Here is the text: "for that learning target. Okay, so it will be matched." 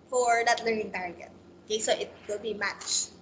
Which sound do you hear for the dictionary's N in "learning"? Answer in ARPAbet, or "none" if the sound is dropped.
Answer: N